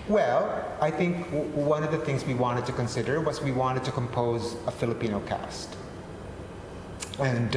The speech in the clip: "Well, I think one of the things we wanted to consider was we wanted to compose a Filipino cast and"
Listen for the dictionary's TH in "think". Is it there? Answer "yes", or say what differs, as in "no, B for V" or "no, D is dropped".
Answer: yes